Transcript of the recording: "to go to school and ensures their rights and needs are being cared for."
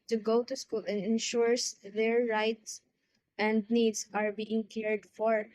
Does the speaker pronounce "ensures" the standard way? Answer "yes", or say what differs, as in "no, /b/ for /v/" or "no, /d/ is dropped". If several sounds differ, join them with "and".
no, /s/ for /z/